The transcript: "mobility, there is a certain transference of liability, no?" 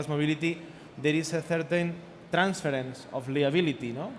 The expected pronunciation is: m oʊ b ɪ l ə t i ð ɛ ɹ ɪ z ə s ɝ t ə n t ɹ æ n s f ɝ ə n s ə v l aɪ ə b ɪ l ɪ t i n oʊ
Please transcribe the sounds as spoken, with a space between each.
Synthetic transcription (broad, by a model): m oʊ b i l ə t i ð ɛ ɹ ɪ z ə θ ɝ t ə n t ɹ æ n s f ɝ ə n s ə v l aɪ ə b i l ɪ t i n oʊ